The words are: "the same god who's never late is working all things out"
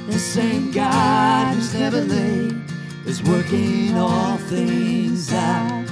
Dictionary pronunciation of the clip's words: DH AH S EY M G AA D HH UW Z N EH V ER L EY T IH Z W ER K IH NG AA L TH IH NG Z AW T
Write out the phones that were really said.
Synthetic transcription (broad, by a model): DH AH S EY M G AA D HH UW Z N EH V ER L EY IH Z W ER K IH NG AA L TH IH NG Z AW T